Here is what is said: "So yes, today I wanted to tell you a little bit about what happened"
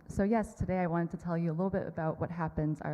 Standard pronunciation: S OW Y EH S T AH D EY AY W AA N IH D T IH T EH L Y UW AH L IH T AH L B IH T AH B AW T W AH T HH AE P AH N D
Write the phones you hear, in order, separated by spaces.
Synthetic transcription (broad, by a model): S OW Y EH S T AH D EY AY W AA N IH D T IH T EH L Y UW AH L IH T L B IH T AH B AW T W AH T HH AE P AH N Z